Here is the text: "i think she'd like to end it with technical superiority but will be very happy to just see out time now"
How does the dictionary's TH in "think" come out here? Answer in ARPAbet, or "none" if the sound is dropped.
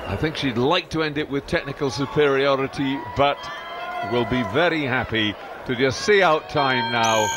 TH